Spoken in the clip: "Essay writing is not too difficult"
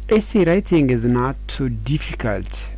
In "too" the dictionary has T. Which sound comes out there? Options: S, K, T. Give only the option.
S